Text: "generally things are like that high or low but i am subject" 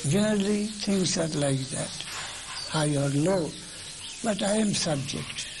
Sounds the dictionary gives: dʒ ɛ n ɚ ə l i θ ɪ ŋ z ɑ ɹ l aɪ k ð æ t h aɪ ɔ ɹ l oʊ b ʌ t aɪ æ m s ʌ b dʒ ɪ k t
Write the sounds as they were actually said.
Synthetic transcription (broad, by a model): dʒ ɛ n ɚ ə l i t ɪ ŋ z ɑ ɹ l aɪ k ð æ t h aɪ ɔ ɹ l oʊ b ʌ t aɪ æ m s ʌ b dʒ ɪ k t